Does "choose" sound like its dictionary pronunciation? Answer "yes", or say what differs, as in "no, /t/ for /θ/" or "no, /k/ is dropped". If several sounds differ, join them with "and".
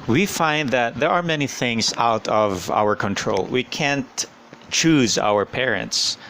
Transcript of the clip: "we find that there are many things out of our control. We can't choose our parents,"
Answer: yes